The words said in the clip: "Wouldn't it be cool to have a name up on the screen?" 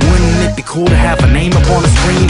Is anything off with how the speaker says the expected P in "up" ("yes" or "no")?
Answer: no